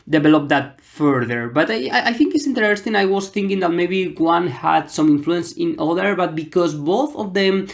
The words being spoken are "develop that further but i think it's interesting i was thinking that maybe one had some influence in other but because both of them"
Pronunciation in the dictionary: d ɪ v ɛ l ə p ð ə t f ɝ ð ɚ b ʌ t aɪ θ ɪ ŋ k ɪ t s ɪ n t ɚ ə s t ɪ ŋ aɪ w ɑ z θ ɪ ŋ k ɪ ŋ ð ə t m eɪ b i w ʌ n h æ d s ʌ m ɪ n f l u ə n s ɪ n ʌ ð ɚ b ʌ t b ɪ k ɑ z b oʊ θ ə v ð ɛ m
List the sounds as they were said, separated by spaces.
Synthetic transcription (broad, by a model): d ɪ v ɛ l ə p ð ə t f ɝ ð ɚ b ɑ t aɪ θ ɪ ŋ k ɪ t s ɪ n t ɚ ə s t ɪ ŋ aɪ w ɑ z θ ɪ ŋ k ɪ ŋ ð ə t m eɪ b i w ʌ n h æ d s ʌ m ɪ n f l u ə n s ɪ n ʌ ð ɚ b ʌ t b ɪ k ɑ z b oʊ θ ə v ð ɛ m